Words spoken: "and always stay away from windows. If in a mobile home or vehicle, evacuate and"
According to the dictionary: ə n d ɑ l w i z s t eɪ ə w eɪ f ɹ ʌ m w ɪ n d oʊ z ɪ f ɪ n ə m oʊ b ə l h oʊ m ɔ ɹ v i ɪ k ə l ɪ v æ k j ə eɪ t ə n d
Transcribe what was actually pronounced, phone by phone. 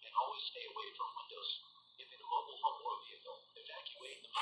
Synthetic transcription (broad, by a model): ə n ɑ l w i z s t eɪ ə w eɪ f ɹ ʌ m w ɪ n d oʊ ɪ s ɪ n ə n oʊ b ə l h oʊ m ɔ ɹ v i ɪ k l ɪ f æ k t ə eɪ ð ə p